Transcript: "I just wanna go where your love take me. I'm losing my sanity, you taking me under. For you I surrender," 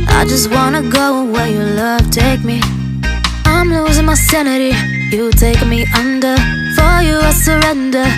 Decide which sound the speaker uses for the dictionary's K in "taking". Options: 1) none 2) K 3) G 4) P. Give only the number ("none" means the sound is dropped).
1